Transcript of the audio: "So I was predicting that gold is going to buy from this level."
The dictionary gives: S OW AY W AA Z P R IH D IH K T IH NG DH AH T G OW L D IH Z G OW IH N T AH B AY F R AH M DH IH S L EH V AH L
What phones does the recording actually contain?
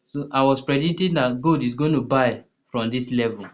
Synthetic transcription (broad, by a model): S OW AY W AA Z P R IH D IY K T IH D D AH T G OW D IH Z G OW IH N T AH B AY F R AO M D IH S L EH V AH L